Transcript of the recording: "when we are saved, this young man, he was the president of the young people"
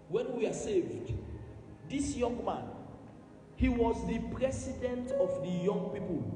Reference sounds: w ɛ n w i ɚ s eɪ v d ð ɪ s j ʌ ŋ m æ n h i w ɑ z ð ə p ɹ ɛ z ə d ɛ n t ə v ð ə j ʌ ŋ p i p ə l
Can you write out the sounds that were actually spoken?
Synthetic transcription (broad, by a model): w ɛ n w i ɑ s eɪ v d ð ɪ s j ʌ ŋ m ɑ n h i w ɑ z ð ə p ɹ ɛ s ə d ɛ n t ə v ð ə j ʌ ŋ p i p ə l